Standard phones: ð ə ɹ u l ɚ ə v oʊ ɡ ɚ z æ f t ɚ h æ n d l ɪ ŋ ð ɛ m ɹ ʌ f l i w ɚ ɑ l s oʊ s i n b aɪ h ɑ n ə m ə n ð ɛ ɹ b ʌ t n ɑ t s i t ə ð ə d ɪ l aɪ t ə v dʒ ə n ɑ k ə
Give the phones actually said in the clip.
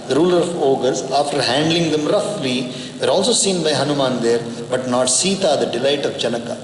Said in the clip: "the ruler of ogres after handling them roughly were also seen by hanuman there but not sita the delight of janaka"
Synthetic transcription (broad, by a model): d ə ɹ u l ɚ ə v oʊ ɡ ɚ s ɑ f t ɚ h æ n d l ɪ ŋ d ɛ m ɹ ʌ f l i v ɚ ɑ l s oʊ s i n b aɪ h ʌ n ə m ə n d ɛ ɹ b ʌ t n ɑ t s i t ə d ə d ɪ l aɪ t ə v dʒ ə n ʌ k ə